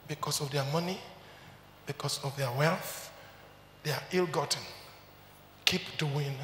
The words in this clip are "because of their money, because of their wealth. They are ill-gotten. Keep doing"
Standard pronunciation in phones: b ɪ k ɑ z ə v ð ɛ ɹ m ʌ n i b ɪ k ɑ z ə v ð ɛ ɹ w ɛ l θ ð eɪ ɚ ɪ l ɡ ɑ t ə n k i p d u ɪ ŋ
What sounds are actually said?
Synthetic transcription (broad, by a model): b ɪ k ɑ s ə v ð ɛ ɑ m ʌ n i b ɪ k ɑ s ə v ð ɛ w ɛ l θ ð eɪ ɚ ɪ l ɡ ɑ t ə n k i p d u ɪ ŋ